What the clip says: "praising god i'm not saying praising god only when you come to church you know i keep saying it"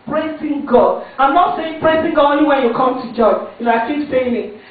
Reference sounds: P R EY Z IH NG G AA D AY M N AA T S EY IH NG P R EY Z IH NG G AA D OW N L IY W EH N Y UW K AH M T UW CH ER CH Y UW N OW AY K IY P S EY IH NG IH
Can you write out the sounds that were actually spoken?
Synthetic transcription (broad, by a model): P R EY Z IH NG G AA D AY M N AA T S EY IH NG P R EY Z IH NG G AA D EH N IY W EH Y UW K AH M T UW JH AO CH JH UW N AY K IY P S EY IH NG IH